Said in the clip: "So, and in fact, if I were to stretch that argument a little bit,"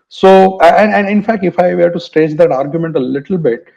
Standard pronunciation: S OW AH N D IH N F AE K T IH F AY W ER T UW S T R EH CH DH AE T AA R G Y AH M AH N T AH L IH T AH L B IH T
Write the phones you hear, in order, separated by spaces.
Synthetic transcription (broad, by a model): S OW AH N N IH N F AE K T IH F AY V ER T UW S T EH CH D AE T AA R G Y AH M AH N T AH L IH T AH L B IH T